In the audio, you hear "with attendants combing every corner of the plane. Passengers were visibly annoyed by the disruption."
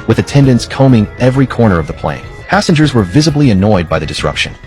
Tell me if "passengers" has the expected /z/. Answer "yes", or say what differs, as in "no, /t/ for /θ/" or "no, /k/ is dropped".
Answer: yes